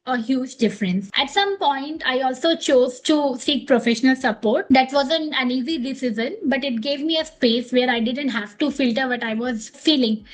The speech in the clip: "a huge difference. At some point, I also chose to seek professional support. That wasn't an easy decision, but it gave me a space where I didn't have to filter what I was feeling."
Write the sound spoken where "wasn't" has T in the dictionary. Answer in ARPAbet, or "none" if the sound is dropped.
none